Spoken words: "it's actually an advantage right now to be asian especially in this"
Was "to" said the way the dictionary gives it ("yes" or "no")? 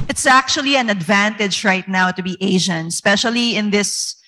yes